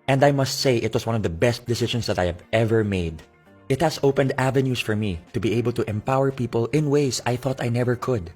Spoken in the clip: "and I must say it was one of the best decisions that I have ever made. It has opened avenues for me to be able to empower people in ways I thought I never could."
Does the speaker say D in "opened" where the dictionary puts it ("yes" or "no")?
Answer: yes